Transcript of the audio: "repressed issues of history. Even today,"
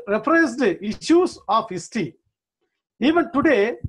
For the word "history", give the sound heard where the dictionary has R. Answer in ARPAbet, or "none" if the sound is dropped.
none